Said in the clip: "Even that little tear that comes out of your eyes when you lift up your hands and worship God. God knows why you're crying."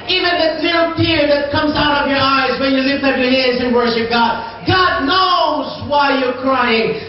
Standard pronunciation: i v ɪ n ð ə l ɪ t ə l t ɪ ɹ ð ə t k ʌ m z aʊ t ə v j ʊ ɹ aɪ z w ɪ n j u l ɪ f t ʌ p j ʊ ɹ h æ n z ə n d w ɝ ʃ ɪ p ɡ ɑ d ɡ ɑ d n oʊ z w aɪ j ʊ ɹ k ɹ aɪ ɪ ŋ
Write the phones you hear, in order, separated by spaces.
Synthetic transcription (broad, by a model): i v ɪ n ð ə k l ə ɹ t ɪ ɹ ð ə t k ʌ m z aʊ t ə v j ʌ ɹ aɪ z w ɪ n j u l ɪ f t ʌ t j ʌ ɹ h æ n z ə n w ɝ ʃ ɪ p ɡ ɑ d ɡ ɑ d n oʊ z w aɪ j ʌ ɹ k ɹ aɪ ɪ ŋ